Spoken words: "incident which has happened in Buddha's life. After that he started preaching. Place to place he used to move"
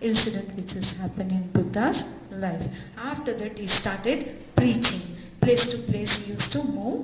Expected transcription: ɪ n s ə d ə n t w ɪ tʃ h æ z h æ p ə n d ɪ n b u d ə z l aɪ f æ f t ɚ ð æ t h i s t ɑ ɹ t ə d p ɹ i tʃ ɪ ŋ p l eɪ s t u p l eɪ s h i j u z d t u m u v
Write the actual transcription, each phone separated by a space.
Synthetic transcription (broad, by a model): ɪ n s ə d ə n t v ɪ tʃ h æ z h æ p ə n ɪ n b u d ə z l aɪ f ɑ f t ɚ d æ t h i s t ɑ ɹ t ə d p ɹ i tʃ ɪ ŋ p l eɪ s t u p l eɪ s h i j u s t u m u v